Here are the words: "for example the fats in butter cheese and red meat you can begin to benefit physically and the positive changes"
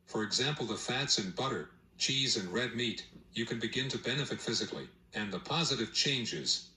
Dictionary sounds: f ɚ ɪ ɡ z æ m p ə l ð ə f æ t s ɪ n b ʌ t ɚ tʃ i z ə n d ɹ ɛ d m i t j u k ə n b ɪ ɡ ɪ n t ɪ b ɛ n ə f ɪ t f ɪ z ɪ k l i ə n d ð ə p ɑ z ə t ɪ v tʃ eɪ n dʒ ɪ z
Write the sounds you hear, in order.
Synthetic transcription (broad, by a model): f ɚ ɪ ɡ z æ m p l ð ə f æ t s ɪ n b ʌ t ɚ tʃ i z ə n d ɹ ɛ d m i t j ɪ k ə n b ɪ ɡ ɪ n t ɪ b ɛ n ə f ɪ t f ɪ z ɪ k l i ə n ð ə p ɑ z ə t ɪ v tʃ eɪ n dʒ ɪ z